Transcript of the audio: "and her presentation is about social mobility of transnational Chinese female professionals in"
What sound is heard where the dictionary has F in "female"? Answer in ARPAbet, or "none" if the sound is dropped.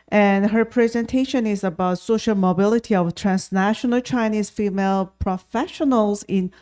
F